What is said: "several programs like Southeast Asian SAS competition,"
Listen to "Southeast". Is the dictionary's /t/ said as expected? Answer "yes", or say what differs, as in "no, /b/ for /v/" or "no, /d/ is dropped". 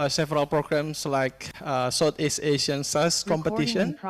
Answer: no, /t/ is dropped